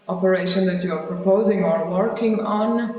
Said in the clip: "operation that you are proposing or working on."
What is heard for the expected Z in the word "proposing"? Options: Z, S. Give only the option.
Z